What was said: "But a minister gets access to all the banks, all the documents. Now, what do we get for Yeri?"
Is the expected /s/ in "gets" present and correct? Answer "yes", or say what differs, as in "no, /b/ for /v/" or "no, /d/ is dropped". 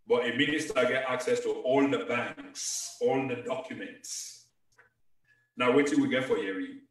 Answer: no, /s/ is dropped